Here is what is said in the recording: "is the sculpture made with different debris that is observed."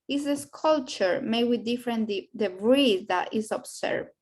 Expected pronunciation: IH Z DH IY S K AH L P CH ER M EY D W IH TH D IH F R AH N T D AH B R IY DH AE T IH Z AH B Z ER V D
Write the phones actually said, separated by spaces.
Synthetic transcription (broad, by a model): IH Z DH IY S K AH L CH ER M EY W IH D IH F R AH N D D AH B R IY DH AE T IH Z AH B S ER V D